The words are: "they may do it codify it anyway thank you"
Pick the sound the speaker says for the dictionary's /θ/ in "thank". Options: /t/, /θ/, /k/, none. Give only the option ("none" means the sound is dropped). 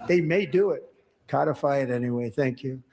/θ/